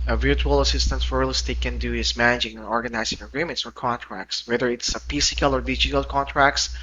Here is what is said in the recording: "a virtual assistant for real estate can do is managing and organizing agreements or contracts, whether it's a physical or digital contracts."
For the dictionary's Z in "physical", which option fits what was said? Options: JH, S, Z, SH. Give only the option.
S